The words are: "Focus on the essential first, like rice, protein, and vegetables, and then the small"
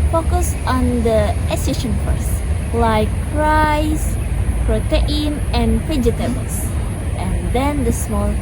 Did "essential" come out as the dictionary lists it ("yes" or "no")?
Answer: no